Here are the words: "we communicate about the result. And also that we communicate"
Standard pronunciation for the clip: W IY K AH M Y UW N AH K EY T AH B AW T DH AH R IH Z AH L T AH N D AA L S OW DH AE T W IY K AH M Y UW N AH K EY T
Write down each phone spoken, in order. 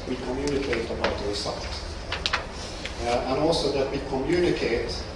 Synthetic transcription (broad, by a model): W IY K AH M Y UW N AH K EY T AH B AW T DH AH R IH S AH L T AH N AA L S OW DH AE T W IY K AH M Y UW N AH K EY T